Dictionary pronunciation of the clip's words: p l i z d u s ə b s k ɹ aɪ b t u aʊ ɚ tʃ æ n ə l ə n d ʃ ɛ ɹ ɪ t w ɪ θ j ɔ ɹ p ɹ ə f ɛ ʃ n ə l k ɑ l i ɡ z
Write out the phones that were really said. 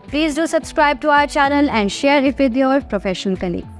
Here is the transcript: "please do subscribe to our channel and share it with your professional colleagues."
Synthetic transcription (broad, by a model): p l i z d u s ə b s k ɹ aɪ b t u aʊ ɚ tʃ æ n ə l ə n d ʃ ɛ ɹ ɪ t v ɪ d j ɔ ɹ p ɹ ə f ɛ ʃ ə n k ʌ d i